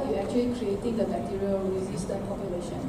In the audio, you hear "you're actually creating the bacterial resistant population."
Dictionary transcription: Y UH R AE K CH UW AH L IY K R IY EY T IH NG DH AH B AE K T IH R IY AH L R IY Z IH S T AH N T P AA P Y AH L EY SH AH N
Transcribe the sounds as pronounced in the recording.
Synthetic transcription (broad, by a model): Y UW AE K CH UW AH L IY K R IY EY T IH NG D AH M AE T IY R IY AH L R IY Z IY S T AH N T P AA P Y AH L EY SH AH N